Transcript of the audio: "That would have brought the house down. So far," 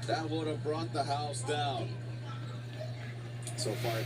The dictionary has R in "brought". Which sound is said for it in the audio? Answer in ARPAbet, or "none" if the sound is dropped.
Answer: R